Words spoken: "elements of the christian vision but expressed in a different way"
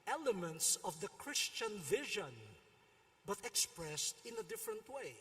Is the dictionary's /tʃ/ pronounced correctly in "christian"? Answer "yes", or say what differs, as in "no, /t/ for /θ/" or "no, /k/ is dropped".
yes